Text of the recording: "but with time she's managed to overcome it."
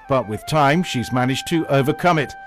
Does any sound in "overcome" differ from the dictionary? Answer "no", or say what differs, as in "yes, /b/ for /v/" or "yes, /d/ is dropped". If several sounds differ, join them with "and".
no